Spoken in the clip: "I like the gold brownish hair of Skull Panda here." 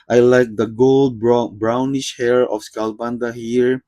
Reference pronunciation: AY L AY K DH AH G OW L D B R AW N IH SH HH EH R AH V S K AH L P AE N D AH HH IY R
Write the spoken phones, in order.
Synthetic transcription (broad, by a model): AY L AY K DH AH G OW L D B R AW N IH SH HH EH R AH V S K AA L B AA N D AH HH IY R